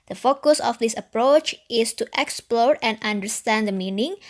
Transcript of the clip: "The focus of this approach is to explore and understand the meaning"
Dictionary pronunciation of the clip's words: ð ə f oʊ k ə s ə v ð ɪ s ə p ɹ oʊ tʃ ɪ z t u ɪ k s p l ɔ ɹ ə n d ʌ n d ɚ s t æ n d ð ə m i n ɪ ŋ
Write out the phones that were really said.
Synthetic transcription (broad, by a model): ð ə f oʊ k ə s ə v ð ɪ s ə p ɹ oʊ tʃ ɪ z t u ɪ k s p l ɔ ɹ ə n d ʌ n d ɚ s t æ n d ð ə m i n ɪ ŋ